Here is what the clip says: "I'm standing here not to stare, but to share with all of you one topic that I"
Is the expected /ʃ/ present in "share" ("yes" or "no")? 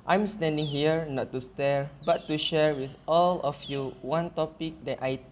yes